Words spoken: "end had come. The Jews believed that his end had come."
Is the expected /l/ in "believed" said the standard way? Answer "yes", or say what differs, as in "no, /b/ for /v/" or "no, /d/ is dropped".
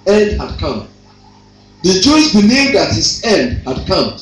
no, /n/ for /l/